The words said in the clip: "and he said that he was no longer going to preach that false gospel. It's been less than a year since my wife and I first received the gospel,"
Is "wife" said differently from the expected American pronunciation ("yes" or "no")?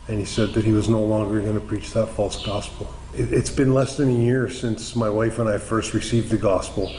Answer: no